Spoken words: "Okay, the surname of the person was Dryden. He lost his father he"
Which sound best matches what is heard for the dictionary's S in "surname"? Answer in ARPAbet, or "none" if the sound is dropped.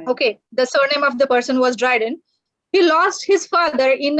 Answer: S